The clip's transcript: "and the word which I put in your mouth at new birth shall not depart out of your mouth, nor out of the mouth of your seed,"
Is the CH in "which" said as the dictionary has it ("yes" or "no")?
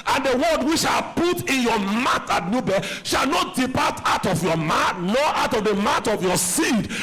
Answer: no